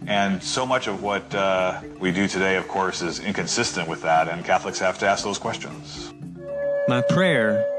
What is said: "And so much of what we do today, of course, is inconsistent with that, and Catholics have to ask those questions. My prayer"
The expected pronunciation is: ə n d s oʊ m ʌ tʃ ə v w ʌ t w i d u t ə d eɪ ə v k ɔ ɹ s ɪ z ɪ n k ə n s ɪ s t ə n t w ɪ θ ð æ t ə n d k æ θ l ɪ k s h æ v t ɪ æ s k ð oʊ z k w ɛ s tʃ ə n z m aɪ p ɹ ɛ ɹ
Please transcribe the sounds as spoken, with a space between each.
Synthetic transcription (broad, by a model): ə n s oʊ m ʌ tʃ ə v w ʌ t w i d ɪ t ə d eɪ ə v k ɔ ɹ s ɪ z ɪ n k ə n s ɪ s t ə n t w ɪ ð æ t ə n k æ θ l ɪ k s h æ f t ɪ æ s k ð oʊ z k w ɛ s tʃ ə n z m aɪ p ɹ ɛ ɹ